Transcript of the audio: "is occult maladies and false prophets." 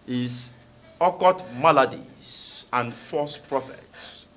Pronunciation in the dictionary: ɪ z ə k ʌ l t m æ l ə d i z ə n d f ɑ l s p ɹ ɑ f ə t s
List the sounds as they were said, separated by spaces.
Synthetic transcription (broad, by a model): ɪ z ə k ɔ t m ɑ l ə d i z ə n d f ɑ s p ɹ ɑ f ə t s